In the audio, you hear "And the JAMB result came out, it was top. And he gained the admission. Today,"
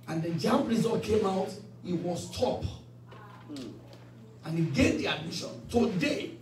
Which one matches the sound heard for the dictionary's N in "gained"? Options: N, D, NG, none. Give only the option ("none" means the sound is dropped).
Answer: none